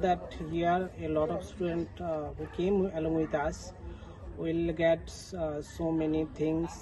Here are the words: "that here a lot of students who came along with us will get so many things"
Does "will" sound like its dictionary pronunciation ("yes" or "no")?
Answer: yes